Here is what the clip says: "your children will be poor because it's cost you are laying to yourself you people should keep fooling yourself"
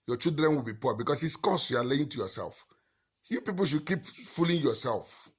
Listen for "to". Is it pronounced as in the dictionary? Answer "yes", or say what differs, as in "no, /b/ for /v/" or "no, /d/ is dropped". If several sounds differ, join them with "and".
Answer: yes